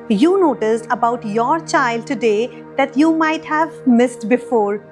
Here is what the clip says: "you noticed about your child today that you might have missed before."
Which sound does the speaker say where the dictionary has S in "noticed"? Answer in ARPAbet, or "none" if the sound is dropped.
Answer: S